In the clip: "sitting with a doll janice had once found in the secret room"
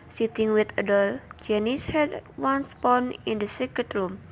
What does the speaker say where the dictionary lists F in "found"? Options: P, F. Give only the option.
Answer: P